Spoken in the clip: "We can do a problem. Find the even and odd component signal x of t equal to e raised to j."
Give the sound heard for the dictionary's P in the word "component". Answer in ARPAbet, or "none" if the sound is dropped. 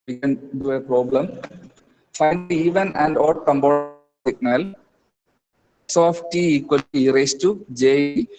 B